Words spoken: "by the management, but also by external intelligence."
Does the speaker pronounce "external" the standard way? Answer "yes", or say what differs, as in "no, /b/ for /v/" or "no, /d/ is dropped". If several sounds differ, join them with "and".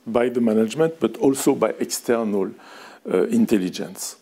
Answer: yes